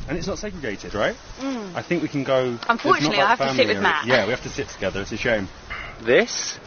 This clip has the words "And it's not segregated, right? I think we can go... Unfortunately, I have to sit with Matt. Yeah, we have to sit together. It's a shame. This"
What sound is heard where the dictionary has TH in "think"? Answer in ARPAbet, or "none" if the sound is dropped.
TH